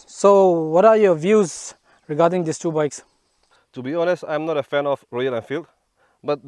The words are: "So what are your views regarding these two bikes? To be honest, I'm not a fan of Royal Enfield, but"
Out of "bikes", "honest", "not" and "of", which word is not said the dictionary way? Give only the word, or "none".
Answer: of